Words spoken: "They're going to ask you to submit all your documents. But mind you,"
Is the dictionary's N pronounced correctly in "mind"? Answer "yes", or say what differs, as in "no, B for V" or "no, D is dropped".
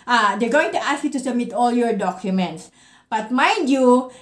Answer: no, N is dropped